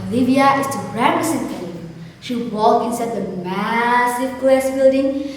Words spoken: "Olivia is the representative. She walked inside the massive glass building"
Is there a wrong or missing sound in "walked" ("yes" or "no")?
yes